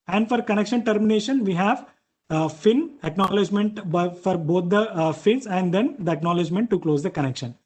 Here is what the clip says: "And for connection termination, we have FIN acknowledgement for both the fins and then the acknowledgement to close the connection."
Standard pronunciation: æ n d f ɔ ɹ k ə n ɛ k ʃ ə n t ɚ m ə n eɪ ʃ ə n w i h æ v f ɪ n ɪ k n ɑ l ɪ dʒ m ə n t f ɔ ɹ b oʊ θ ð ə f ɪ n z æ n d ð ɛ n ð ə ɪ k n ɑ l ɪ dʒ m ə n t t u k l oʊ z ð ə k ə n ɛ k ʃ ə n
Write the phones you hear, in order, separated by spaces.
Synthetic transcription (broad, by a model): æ n d f ɔ ɹ k ə n ɛ k ʃ ə n t ɚ m ə n eɪ ʃ ə n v i h æ v f ɪ n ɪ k n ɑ l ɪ dʒ m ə n t f ɔ ɹ b oʊ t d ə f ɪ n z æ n d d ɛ n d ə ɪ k n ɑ l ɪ dʒ m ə n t t u k l oʊ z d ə k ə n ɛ k ʃ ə n